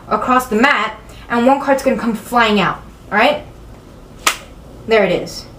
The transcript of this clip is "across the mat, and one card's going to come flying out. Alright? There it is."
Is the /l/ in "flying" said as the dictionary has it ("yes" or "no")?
yes